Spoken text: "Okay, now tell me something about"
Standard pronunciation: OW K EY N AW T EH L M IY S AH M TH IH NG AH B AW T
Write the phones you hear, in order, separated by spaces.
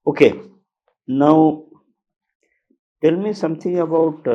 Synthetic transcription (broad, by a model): OW K EY N AW T EH L M IY S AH M T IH NG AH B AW T